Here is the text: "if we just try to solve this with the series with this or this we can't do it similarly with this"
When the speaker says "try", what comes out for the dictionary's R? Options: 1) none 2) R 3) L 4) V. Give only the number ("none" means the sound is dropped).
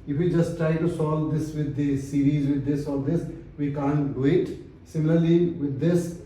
2